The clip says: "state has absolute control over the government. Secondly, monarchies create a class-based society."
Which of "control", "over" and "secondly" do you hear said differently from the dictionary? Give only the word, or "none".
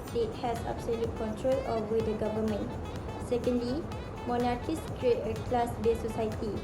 over